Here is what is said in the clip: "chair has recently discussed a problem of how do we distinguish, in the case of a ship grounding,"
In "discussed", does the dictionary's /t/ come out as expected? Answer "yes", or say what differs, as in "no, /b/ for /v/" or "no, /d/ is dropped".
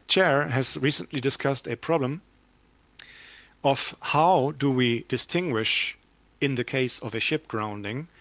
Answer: yes